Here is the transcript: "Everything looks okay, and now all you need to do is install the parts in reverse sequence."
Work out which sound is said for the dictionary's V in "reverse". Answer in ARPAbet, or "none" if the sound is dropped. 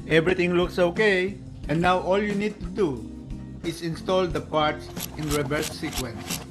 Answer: B